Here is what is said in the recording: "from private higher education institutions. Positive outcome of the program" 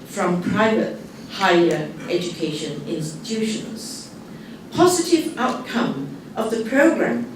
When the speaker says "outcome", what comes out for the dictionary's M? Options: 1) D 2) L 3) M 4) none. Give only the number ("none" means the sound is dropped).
3